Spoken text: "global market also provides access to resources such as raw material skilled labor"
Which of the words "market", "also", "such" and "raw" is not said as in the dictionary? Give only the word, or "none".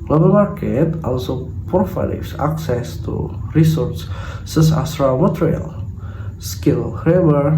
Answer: such